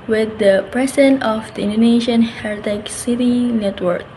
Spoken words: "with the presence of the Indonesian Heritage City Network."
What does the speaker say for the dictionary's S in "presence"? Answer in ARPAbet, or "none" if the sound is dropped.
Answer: none